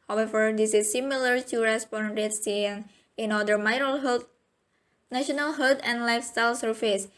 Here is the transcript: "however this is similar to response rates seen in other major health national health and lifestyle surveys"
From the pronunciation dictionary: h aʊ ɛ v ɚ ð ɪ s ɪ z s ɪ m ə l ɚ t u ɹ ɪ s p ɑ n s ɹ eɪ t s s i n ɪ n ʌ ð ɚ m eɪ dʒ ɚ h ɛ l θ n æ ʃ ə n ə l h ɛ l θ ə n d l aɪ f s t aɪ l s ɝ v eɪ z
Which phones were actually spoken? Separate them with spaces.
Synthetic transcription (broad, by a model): h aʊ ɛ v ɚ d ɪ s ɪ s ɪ m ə l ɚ t u ɹ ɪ s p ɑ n ɹ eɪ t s s i n ɪ n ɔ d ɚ m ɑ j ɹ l n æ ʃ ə n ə l h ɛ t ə n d l aɪ f s t aɪ l s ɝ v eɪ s